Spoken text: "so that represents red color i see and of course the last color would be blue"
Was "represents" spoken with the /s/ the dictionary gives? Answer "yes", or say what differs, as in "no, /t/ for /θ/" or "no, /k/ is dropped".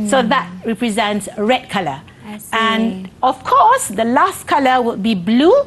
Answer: yes